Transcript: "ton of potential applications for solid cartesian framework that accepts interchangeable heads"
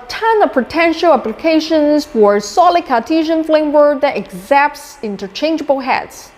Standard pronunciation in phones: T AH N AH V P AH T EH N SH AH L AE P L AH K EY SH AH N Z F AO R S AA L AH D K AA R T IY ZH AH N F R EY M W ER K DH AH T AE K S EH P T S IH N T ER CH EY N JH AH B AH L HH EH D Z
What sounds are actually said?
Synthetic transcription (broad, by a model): T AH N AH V P AH T EH N SH AH L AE P L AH K EY SH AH N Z F AO R S AA L AH D K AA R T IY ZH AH N F L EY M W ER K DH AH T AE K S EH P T S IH N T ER CH EY N JH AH B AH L HH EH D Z